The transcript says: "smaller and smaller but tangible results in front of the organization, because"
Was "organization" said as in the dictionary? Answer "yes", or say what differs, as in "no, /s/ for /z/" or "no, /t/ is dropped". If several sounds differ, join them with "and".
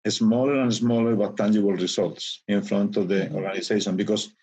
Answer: no, /s/ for /z/